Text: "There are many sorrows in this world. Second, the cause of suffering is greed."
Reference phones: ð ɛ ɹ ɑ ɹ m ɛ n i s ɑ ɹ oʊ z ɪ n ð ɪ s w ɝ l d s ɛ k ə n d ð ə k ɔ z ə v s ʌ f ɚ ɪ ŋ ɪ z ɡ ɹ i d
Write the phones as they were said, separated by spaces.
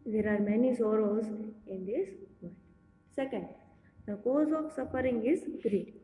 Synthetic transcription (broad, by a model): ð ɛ ɹ ɑ ɹ m ɛ n i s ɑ ɹ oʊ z ɪ n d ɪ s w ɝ d s ɛ k ə n d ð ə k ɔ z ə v s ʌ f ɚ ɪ ŋ ɪ z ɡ ɹ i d